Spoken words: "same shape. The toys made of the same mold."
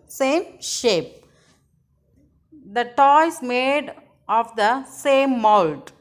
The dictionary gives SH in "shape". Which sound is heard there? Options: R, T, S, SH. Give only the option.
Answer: SH